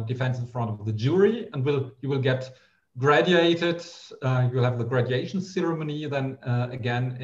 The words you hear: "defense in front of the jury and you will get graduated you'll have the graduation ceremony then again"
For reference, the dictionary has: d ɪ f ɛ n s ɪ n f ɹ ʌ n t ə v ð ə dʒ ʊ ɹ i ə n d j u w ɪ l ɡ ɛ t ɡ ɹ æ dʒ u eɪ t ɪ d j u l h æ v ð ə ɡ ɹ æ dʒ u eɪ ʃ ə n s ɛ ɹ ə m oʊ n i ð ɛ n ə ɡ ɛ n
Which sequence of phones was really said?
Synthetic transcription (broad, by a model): d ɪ f ɛ n s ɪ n f ɹ ʌ n t ə v ð ə dʒ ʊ ɹ i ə n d j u w ɪ l ɡ ɛ t ɡ ɹ æ dʒ u eɪ t ɪ d j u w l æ v ð ə ɡ ɹ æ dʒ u eɪ ʃ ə n s ɛ ɹ ə m oʊ n i ð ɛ n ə ɡ ɛ n